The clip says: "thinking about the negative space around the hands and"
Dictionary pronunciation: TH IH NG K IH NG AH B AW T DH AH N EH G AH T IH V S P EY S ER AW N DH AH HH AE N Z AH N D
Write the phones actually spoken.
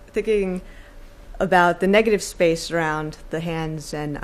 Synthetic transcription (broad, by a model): TH IH NG K IH NG AH B AW T DH AH N EH G AH T IH V S P EY S ER AW N DH AH HH AE N Z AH N